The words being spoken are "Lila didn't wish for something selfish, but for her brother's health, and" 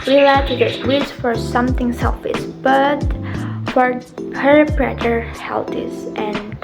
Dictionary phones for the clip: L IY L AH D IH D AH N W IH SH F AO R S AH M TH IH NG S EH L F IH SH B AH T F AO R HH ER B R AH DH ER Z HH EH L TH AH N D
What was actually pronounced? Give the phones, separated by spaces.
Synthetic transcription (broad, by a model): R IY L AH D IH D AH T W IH S F AO R S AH M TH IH NG S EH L F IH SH B AH T F AO R HH ER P R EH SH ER HH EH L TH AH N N